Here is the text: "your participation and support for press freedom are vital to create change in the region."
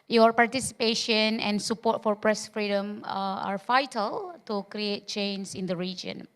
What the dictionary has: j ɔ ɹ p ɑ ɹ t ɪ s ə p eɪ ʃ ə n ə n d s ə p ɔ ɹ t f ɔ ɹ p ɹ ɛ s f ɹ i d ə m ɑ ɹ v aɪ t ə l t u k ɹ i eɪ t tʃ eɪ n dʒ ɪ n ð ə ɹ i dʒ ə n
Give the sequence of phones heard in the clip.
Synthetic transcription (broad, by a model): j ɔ ɹ p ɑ ɹ t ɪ s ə p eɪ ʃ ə n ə n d s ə p ɔ t f ɔ ɹ p ɹ ɛ s f ɹ i d ə m ɑ ɹ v aɪ t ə l t u k ɹ i eɪ t tʃ eɪ n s ɪ n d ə ɹ i dʒ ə n